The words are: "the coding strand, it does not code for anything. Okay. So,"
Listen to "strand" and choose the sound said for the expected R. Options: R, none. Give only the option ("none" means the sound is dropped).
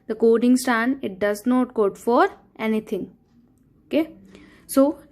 none